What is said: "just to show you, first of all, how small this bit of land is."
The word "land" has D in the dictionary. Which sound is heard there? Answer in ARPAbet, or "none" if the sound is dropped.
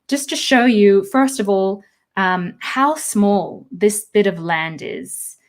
D